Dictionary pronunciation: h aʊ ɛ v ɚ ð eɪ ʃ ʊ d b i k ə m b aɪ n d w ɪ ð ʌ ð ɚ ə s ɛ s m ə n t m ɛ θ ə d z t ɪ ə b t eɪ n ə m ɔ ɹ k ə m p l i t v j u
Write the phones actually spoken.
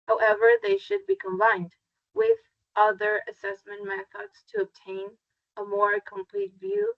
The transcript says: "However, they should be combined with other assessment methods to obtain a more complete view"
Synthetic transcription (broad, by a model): h aʊ ɛ v ɚ ð eɪ ʃ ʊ d b i k ə m b aɪ n d w ɪ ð ʌ ð ɚ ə s ɛ s m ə n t m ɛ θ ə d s t ɪ ə b t eɪ n ə m ɔ ɹ k ə m p l i t v j u